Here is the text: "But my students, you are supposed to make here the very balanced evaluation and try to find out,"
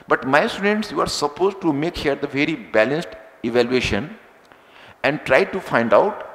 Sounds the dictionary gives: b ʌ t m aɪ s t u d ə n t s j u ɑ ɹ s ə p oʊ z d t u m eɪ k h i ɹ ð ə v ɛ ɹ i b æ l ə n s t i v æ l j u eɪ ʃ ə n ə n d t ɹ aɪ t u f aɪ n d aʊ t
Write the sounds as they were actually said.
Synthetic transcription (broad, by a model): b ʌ t m aɪ s t u d ə n t s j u ɑ ɹ s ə p oʊ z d t u m eɪ k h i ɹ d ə v ɛ ɹ i b æ l ə n s t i v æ l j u eɪ ʃ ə n ə n d t ɹ aɪ t u f aɪ n d aʊ t